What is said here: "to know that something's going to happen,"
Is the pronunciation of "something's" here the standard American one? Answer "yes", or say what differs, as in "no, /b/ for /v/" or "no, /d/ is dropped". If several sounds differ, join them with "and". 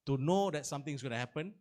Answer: no, /t/ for /θ/